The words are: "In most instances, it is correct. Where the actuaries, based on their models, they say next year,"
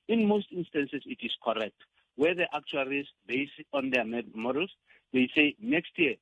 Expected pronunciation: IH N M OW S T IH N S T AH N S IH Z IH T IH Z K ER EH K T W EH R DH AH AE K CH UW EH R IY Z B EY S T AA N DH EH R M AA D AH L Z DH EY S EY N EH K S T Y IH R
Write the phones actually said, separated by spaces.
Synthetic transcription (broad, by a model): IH N M OW S T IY N S T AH N S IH S IH T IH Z K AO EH K T W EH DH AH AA K CH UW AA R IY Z B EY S AA N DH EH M M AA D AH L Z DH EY S EY N EH K S T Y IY